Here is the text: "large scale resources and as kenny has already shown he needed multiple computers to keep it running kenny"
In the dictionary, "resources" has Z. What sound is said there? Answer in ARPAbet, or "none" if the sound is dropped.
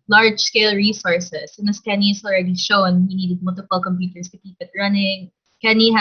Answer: S